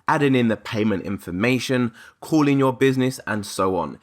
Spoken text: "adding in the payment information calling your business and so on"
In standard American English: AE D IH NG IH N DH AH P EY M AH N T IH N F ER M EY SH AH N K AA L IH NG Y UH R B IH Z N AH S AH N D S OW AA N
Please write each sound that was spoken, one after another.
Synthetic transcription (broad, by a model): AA D IH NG IH N DH AH P EY M AH N T IH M F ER M EY SH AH N K AA L IH NG Y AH B IH Z N AH S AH N S OW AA N